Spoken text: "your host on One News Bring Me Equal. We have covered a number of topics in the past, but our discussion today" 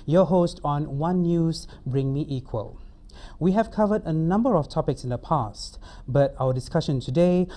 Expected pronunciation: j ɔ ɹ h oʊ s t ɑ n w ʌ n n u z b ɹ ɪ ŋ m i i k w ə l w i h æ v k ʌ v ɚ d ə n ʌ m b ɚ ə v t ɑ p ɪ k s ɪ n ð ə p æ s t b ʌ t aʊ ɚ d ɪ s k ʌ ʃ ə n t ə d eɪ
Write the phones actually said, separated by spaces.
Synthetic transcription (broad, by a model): j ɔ h oʊ s t ɑ n w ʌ n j u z b ɹ ɪ ŋ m i i k w ə l w i h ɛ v k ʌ v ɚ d ə n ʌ m b ɚ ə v t ɑ p ɪ k s ɪ n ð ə p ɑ s t b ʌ t aʊ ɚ d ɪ s k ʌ ʃ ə n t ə d eɪ